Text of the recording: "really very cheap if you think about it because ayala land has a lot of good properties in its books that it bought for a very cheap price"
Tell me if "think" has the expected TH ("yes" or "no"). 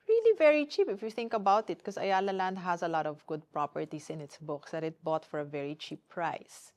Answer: yes